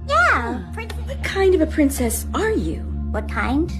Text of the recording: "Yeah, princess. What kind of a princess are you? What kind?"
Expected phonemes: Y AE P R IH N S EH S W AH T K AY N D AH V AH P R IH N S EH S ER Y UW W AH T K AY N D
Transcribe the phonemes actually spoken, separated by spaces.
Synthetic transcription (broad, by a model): Y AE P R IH N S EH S W AH T K AY N D AH V AH P R IH N S EH S ER Y UW W AH T K AY N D